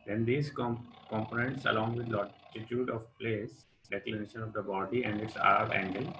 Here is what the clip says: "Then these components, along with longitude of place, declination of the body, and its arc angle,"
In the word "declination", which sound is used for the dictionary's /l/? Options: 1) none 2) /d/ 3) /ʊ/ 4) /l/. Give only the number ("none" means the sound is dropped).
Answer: 4